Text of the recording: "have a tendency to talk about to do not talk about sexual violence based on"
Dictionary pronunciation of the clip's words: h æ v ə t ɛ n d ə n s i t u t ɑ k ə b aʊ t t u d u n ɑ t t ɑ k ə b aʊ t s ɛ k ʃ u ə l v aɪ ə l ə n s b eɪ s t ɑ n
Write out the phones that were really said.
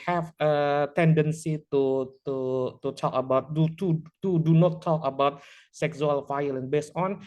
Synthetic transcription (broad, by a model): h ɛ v ə t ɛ n d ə n s i t u t ɑ k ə b aʊ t t u d u n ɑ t t ɑ k ə b aʊ t s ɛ k s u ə l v aɪ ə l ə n b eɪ s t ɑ n